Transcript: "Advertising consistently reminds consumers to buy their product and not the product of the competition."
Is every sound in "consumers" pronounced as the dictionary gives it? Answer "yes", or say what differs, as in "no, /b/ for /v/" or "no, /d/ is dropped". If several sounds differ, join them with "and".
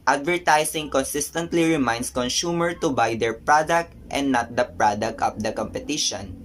no, /z/ is dropped